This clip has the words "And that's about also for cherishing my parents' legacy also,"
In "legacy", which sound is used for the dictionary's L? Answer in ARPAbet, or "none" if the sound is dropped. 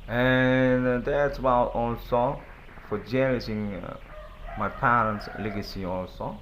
L